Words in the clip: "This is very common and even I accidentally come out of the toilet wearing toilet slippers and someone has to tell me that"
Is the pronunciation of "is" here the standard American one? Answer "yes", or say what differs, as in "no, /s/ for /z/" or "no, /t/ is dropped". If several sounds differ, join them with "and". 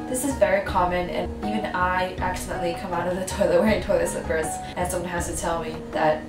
yes